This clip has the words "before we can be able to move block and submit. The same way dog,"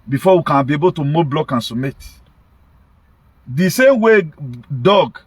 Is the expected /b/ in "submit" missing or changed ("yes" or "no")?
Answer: yes